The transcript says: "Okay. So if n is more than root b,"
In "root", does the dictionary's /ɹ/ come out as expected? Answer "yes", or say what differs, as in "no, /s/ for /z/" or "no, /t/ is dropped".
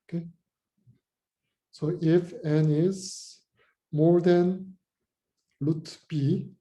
no, /l/ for /ɹ/